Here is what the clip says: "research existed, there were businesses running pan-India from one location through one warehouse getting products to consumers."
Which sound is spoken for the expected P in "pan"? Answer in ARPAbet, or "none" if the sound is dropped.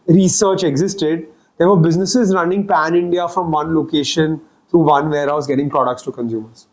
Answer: P